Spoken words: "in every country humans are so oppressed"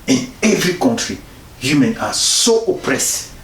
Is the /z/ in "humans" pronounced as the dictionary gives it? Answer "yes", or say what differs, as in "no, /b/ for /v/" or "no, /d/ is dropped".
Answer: no, /z/ is dropped